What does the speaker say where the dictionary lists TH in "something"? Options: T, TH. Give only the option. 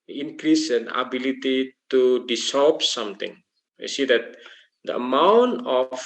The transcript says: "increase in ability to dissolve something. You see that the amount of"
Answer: T